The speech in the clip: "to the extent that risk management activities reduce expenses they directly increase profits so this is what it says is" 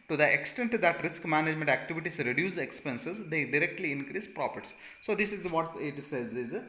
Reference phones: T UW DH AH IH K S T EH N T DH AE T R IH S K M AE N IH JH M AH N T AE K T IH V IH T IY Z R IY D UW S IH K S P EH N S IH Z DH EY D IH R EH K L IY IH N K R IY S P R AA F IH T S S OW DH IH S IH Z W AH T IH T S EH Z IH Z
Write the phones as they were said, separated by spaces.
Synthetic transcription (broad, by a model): T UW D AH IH K S T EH N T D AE T R IH S K M AE N IH JH M AH N T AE K T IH V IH T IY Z R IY D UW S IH K S P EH N S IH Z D EY D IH R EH K L IY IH N K R IY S P R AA P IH T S S OW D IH S IH Z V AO T IH T S EH Z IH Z